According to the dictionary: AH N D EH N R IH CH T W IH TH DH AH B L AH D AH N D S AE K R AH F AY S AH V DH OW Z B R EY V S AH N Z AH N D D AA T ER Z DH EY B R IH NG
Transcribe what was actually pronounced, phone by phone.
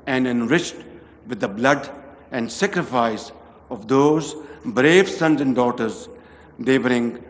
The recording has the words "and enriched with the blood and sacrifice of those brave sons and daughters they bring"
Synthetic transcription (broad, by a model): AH N D EH N R IH CH T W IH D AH B L AH D AH N D S AE K R AH F AY S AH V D OW Z B R EY V S AH N Z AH N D D AA T ER Z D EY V R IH NG